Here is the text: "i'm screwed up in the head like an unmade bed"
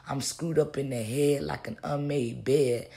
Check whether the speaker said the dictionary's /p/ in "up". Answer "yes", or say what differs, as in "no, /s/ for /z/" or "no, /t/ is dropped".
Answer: yes